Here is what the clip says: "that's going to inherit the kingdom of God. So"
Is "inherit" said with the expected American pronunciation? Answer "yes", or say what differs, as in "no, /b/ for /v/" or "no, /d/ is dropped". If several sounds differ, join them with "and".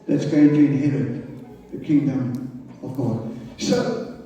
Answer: no, /n/ is dropped